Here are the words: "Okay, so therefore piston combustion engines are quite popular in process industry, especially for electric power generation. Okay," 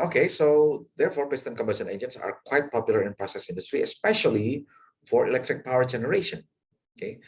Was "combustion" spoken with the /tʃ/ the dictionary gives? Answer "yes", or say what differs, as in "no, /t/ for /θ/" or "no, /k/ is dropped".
no, /tʃ/ is dropped